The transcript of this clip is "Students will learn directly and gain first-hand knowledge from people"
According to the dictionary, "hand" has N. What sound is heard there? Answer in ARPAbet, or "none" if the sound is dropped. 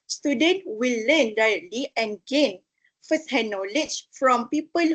none